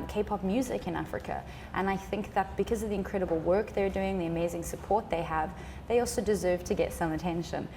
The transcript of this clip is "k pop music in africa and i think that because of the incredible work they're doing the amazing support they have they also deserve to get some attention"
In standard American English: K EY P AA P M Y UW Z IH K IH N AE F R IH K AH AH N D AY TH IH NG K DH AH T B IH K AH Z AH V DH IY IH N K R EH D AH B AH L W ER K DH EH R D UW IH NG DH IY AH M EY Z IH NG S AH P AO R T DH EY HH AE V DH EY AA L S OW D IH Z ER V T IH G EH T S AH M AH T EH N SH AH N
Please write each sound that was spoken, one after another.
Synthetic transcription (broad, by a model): K EY P AA P M Y UW Z IH K IH N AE F R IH K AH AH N AY TH IH NG K DH AH T B IH K AH Z AH V DH IY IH N K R EH D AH B L W ER K DH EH R D UW IH NG DH IY AH M EY Z IH NG S AH P AO R T DH EY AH V DH EY AA L S OW D IH Z ER V T IH G EH T S AH M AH T EH N SH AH N